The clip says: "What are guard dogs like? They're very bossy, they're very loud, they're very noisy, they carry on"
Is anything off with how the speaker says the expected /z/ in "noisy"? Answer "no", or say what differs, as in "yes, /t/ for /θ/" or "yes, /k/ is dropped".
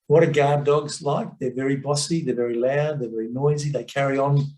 no